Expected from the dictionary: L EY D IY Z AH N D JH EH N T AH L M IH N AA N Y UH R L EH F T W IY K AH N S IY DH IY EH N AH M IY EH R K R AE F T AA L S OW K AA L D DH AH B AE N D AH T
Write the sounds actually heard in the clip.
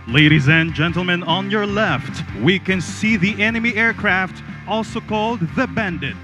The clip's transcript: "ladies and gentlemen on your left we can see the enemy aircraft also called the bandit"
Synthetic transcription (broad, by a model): L EY D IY Z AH N JH EH N T L M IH N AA N Y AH R L EH F T W IY K AH N S IY DH IY EH N AH M IY EH R K R AE F T AA L S OW K AA L D DH AH B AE N D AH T